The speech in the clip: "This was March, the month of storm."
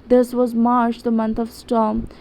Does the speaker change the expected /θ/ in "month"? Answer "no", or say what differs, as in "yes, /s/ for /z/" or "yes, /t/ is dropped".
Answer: yes, /t/ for /θ/